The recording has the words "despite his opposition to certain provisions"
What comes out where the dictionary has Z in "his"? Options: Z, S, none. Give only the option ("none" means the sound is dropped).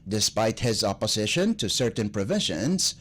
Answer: Z